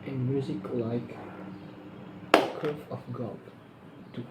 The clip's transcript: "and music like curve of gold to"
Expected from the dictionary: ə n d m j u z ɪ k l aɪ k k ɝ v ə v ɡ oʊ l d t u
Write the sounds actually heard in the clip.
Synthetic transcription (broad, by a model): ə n m j u z ɪ k l aɪ k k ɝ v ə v ɡ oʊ d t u